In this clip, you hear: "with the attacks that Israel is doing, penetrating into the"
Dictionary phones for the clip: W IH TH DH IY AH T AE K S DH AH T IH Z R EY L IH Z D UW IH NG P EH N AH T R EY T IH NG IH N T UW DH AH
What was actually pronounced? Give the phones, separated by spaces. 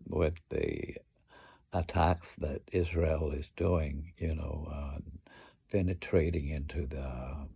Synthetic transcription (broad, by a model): W IH DH IY AH T AE K S DH AH T IH Z R EY L IH Z D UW IH NG P EH N AH T R EY T IH NG IH N T UW DH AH